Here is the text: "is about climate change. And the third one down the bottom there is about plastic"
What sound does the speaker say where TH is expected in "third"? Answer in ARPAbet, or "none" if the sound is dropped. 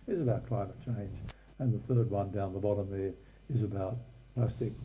TH